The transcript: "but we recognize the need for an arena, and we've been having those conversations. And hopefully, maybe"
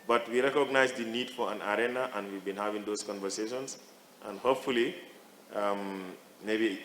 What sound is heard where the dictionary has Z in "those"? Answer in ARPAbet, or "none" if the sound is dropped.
S